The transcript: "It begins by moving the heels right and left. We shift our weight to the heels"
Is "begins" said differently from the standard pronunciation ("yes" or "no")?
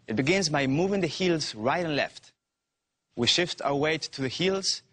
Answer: no